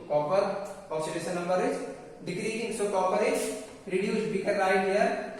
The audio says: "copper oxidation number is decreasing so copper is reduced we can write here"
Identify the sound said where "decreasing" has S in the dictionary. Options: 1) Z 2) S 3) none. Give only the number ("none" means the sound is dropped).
3